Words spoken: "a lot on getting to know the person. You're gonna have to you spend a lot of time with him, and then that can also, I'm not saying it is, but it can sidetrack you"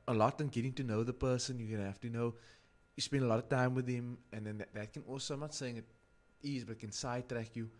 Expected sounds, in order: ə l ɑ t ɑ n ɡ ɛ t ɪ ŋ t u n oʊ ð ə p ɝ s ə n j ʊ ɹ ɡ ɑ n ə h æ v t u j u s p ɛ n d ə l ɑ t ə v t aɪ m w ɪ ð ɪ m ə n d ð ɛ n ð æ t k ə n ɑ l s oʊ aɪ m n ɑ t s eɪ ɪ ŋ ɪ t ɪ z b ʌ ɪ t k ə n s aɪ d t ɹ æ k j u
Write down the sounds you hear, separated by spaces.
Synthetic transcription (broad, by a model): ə l ɑ t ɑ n ɡ ɛ t ɪ ŋ t u n oʊ ð ə p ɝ s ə n j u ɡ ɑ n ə h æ f t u j u s p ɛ n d ə l ɑ t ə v t aɪ m w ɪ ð ɪ m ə n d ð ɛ n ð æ t k ə n ɑ l s oʊ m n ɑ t s eɪ ɪ ŋ ɪ t ɪ z b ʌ ɪ t k ə n s aɪ t ɹ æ k j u